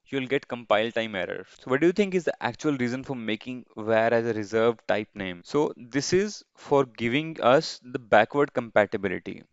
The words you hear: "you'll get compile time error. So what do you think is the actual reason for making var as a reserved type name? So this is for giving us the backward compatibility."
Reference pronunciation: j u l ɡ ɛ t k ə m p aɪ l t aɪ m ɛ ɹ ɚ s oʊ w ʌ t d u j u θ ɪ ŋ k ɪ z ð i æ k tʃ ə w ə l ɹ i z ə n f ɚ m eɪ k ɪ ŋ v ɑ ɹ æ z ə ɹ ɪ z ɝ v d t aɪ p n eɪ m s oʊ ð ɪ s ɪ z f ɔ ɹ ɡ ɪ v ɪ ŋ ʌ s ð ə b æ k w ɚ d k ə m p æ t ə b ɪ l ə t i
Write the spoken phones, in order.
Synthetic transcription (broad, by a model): j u l ɡ ɛ t k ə m p aɪ l t aɪ m ɛ ɹ ɚ s oʊ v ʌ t d u j u t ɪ ŋ k ɪ z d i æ k tʃ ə ə l ɹ i z ə n f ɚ m eɪ k ɪ ŋ v ɑ ɹ æ z ə ɹ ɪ z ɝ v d t aɪ p n eɪ m s oʊ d ɪ s ɪ z f ɔ ɹ ɡ ɪ v ɪ ŋ ʌ s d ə b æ k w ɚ d k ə m p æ t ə b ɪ l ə t i